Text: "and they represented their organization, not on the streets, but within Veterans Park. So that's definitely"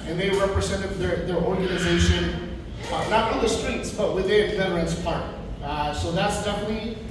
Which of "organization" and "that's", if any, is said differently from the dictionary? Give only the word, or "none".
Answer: none